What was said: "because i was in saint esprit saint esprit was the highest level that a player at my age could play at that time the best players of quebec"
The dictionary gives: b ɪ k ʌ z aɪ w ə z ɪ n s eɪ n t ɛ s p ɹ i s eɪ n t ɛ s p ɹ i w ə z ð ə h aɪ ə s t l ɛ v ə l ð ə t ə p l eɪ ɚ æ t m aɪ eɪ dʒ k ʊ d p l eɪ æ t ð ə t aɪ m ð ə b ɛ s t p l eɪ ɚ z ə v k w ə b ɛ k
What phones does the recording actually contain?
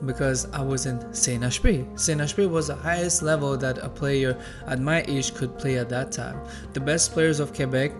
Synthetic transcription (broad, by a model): b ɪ k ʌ z aɪ w ə z ɪ n s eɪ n ɛ ʃ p i s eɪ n ɛ ʃ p i w ə z ð ə h aɪ ə s t l ɛ v ə l ð ə t ə p l eɪ ɚ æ t m aɪ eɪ ʃ k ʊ d p l eɪ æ t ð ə t aɪ m ð ə b ɛ s t p l eɪ ɚ z ə v k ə b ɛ k